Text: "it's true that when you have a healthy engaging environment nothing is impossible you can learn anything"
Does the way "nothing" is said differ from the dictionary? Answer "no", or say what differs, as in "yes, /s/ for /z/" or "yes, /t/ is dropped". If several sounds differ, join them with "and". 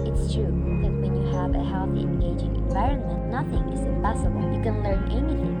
no